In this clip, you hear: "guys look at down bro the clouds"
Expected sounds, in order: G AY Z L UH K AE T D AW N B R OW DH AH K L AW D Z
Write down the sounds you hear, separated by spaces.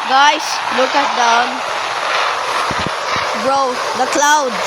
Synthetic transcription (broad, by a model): G AY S L UH K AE T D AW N B R OW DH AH K L AW D